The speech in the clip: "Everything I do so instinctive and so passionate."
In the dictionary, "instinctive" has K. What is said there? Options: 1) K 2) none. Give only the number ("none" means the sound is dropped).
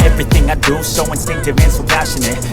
2